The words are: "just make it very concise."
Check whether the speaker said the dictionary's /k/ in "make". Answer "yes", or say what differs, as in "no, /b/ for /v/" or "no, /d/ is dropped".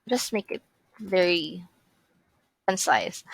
yes